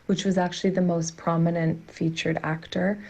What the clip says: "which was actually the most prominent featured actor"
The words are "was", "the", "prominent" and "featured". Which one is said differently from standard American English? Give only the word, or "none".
none